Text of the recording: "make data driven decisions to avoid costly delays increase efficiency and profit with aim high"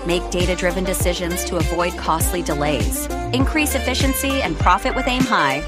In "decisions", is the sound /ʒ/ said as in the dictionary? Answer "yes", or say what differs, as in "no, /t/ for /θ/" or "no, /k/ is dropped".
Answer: yes